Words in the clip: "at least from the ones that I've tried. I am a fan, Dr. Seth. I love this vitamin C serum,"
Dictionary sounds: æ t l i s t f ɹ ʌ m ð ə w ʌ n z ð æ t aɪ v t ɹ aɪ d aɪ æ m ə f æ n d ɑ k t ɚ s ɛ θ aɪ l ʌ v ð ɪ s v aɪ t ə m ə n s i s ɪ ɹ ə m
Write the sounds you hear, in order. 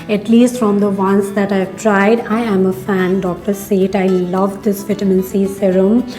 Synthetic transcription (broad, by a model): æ t l i s t f ɹ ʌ m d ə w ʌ n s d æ t aɪ v t ɹ aɪ d aɪ æ m ə f æ n d ɑ k t ɚ s ɛ t aɪ l ʌ v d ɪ s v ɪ t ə m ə n s i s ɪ ɹ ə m